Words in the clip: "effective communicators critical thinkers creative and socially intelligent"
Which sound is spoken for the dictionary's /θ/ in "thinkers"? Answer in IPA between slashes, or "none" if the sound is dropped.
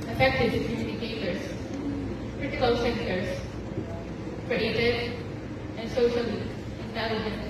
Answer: /s/